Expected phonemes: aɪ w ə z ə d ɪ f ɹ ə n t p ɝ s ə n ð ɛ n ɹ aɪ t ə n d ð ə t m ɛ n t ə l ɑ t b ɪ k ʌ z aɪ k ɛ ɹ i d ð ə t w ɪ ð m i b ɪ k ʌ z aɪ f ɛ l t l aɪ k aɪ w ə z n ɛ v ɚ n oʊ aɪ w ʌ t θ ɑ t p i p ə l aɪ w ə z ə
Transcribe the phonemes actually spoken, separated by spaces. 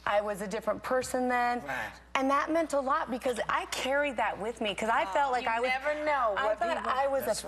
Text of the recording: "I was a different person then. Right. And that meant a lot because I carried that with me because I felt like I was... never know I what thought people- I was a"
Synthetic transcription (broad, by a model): aɪ w ə z ə d ɪ f ɹ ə n p ɝ s ə n ð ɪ n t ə n ð ə t m ɛ n t ə l ɑ t b ɪ k ʌ z aɪ k ɛ ɹ i d ð ə t w ɪ ð m i k ʌ z aɪ f ɛ l t l aɪ k aɪ w ə z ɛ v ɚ n oʊ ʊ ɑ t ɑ ə w ə z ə